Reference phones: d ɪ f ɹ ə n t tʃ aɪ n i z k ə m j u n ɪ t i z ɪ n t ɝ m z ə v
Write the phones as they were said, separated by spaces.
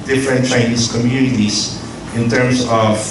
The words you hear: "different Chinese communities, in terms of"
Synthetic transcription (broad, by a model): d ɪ f ɹ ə n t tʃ aɪ n i s k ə m j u n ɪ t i s ɪ n t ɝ m s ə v